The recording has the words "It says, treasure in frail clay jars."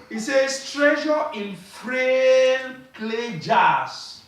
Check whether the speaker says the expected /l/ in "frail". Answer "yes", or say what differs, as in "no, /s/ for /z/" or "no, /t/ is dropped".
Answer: no, /n/ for /l/